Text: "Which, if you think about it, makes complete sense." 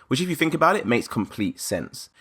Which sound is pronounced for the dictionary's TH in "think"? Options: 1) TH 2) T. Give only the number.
1